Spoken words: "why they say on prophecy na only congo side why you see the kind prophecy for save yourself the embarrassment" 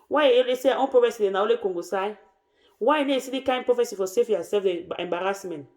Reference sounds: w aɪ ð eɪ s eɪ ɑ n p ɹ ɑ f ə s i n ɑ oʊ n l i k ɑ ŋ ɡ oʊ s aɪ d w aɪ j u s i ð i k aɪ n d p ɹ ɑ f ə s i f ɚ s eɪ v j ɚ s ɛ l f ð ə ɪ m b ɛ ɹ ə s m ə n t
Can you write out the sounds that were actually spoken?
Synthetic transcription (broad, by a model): w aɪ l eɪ s eɪ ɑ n p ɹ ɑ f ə s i n ɑ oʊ l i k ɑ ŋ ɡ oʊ s aɪ w aɪ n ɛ s i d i k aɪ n p ɹ ɑ f ə s i f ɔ s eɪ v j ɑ s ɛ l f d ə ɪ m b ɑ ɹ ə s m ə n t